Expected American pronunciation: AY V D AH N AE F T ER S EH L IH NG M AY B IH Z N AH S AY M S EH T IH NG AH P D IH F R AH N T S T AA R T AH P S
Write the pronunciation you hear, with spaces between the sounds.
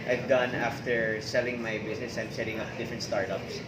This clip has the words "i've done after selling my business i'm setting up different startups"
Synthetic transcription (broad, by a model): AY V D AH N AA F T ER S EH L IH NG M AY B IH S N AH S AY M S EH T IH NG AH P D IH F R AH N T S T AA R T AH P S